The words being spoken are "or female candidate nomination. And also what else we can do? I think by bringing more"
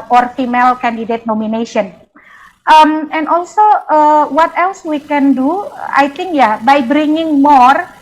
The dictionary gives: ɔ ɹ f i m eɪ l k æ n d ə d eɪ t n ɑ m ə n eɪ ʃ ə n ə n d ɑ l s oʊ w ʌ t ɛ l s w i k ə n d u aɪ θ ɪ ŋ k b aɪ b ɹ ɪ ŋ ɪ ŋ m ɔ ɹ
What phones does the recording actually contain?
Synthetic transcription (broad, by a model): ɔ ɹ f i m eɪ l k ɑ n d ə d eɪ t n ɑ m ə n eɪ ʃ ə n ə n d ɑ l s oʊ w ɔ t ɛ l s w i k ə n d u aɪ t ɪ ŋ k b aɪ b ɹ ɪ ŋ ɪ ŋ m ɔ ɹ